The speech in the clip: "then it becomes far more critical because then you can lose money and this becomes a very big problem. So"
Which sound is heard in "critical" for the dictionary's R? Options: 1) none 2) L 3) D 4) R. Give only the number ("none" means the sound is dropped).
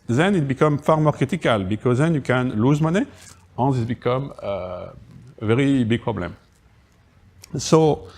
1